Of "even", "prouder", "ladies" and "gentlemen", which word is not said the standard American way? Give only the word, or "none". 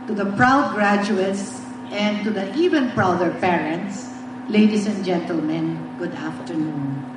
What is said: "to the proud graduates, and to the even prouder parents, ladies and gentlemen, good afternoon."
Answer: ladies